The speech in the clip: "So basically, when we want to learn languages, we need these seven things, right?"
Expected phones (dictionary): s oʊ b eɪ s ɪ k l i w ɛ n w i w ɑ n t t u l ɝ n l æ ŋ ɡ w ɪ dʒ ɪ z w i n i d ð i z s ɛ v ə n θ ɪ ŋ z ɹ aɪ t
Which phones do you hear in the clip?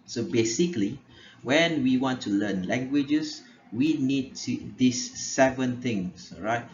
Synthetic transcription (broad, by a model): s oʊ b eɪ s ɪ k l i w ɛ n w i w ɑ n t t u l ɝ n l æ ŋ ɡ w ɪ dʒ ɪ s w i n i d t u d s ɛ v ə n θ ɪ ŋ s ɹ aɪ t